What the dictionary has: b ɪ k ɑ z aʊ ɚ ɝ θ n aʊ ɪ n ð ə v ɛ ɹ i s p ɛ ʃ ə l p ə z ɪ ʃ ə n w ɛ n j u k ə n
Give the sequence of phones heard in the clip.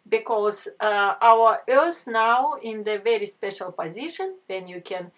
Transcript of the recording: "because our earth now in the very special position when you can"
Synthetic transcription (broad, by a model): b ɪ k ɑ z aʊ ɚ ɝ s n aʊ ɪ n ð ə v ɛ ɹ i s p ɛ ʃ ə l p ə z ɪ ʃ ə n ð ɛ n j u k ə n